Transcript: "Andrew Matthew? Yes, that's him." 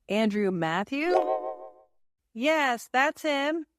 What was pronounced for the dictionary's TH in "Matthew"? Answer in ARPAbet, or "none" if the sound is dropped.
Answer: TH